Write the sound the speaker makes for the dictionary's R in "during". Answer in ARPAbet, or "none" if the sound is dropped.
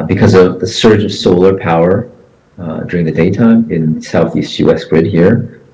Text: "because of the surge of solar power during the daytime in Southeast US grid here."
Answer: R